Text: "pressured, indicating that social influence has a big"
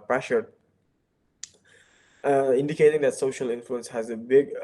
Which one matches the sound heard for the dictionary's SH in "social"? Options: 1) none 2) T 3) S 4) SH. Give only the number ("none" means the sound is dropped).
4